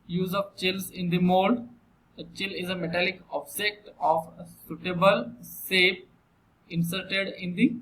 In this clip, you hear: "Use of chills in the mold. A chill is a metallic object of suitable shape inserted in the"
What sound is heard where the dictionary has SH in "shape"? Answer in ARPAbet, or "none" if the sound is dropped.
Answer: S